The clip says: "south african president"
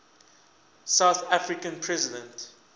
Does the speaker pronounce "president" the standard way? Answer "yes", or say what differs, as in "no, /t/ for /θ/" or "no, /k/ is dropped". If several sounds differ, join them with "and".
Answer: yes